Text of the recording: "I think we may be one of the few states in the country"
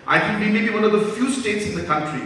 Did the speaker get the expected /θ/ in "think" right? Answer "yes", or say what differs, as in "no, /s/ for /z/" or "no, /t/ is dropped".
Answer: no, /t/ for /θ/